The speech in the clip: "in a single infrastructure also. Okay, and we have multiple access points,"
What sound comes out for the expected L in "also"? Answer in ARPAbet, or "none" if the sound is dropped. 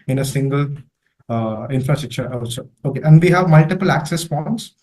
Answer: none